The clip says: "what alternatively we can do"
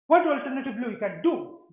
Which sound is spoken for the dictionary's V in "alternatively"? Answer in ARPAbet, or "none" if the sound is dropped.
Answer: B